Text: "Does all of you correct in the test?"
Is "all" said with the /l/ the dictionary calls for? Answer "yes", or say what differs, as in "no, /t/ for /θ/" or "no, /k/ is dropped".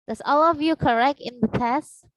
yes